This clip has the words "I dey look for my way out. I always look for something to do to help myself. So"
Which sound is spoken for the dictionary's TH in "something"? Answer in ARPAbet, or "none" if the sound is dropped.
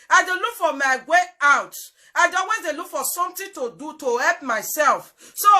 T